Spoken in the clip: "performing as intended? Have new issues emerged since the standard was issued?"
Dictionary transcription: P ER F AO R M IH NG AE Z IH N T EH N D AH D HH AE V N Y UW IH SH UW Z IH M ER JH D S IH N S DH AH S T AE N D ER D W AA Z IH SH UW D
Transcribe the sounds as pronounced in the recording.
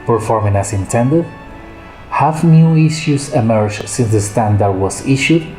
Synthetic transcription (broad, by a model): P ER F AO R M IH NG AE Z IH N T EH N D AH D HH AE F N Y UW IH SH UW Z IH M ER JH S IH N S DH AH S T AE N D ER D W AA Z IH SH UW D